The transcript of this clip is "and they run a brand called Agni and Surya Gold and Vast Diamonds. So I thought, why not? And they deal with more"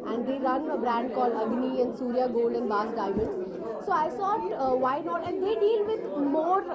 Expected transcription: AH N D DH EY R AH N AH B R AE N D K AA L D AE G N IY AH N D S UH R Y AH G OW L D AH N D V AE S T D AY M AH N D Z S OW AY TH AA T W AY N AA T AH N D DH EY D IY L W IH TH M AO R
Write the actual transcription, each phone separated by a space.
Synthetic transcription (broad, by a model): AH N D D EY R AH N AH B R AE N D K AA L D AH G N IY AH N D S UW R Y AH G OW L D AH N D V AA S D AY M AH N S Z S OW AY S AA T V AY N AA T AH N D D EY D IY L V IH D M AO R